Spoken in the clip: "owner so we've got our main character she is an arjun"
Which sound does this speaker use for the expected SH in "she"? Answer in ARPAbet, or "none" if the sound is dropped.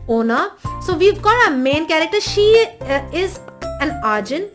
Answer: SH